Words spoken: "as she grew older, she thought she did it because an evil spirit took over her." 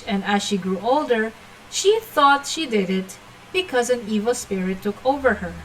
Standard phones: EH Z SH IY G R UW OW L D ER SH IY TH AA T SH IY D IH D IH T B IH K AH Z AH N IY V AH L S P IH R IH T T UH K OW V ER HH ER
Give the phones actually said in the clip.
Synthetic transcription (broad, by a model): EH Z SH IY G R UW OW L D ER SH IY TH AA T SH IY D IH D IH T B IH K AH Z AH N IY V AH L S P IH R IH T T UH K OW V ER HH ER